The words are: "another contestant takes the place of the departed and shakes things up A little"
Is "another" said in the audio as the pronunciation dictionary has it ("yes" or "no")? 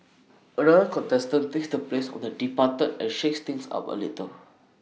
no